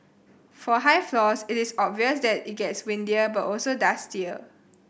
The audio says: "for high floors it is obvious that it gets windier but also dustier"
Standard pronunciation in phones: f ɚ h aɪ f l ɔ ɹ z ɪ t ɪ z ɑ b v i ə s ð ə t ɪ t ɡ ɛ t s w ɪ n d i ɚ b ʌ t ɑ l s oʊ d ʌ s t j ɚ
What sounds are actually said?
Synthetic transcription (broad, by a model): f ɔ h aɪ f l ɔ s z ɪ t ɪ s ɑ b v i ə s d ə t ɪ t ɡ ɛ t s w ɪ n d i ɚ b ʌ t ɑ l s oʊ d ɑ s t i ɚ